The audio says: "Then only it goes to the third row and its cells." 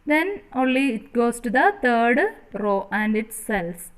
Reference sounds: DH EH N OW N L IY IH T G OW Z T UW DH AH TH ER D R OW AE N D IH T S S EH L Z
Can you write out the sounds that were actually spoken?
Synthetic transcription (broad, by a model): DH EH N OW N L IY IH T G OW S T UW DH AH T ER D R OW AE N D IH T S S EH L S